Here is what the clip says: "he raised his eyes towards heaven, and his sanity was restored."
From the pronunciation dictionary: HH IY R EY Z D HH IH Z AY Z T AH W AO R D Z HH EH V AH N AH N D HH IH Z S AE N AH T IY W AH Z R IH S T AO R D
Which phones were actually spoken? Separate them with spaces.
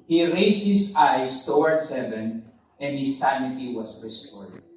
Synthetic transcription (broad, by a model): HH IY R EY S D HH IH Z AY S T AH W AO R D S HH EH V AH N AH N D HH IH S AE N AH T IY W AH S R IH S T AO R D